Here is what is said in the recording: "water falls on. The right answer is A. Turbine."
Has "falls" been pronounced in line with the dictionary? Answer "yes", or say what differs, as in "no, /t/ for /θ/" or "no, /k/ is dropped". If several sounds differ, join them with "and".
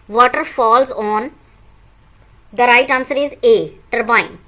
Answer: yes